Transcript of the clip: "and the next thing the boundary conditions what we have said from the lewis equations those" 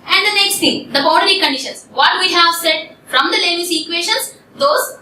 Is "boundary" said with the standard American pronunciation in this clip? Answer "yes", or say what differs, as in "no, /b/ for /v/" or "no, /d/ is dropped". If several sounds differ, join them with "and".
no, /n/ is dropped